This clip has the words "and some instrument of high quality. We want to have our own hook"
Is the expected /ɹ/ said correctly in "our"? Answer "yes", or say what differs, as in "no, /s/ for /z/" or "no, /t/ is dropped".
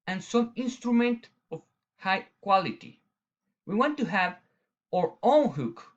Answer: yes